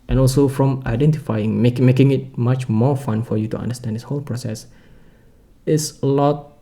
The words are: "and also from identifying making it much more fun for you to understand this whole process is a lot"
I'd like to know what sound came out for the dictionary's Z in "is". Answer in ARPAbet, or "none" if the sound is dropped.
S